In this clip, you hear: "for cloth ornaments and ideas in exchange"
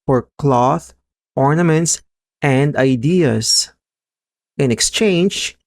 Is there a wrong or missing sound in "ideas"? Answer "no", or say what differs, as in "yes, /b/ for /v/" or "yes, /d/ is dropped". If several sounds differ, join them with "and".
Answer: yes, /s/ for /z/